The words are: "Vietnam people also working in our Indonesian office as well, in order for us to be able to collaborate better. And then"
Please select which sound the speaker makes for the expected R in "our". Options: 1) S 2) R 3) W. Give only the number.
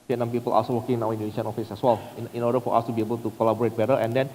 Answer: 3